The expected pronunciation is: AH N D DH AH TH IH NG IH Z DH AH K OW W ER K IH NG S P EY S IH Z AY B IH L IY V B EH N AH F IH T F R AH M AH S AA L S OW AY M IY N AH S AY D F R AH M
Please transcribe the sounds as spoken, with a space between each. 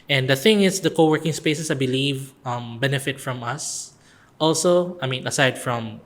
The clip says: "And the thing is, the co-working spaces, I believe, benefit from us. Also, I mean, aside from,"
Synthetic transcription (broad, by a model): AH N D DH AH TH IH NG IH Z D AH K OW W ER K IH NG S P EY S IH S AY B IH L IY V B EH N AH F IH T F R AH M AH S AA L S OW AY M IY N AH S AY D F R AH M